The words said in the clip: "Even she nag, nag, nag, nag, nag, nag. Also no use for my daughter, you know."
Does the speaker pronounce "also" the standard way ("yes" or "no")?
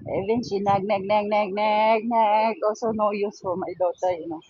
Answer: no